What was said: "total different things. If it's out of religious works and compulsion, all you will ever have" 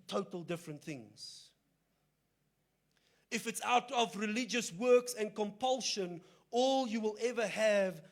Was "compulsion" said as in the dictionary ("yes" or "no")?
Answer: yes